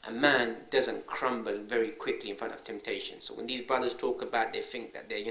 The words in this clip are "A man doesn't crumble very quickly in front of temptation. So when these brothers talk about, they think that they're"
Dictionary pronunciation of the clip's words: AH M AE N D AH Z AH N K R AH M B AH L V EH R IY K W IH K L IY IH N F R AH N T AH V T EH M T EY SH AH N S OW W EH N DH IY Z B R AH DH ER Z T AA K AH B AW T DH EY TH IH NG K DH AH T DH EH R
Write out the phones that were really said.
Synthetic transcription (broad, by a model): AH M AE N D AH Z AH N K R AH M B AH L V EH R IY K W IH K L IY IH N F R AH N T AH V T EH M T EY SH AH N S OW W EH N DH IY Z B R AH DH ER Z T AA K AH B AW T DH EY TH IH NG K DH AH T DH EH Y